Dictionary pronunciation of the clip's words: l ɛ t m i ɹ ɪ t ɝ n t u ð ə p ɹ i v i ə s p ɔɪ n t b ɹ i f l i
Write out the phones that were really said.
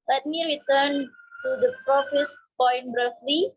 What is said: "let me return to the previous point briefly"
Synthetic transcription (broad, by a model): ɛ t m i ɹ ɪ t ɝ n t u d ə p ɹ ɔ f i s p ɔɪ n t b ɹ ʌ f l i